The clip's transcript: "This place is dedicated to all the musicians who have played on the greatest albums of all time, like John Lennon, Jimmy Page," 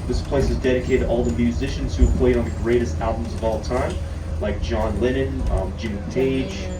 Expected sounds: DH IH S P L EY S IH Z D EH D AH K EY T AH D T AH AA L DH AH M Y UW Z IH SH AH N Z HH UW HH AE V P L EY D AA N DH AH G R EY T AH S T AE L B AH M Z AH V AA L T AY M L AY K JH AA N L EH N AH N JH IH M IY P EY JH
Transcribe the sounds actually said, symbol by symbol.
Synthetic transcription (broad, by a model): DH IH S P L EY S IH Z D EH D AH K EY T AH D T AA L DH AH M Y UW Z IH SH AH N Z HH UW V P L EY D N DH AH G R EY T AH S T AE L B AH M Z AH V AA L T AY M L AY K JH AA N L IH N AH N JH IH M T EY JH